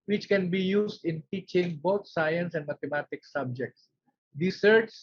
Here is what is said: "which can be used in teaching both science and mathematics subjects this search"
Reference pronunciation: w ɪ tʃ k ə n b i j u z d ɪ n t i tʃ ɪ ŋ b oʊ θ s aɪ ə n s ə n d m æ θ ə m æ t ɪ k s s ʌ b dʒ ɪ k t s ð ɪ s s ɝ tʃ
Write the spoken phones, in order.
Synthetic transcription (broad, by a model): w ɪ tʃ k ə n b i j u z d ɪ n t i tʃ ɪ ŋ b oʊ t s aɪ ə n s ə n d m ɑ t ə m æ t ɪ k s s ʌ b dʒ ɪ k t s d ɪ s s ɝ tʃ